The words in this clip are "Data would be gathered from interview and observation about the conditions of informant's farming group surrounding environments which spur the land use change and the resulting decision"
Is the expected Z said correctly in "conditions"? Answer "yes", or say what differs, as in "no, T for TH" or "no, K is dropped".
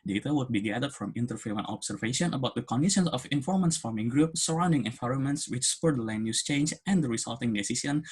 no, S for Z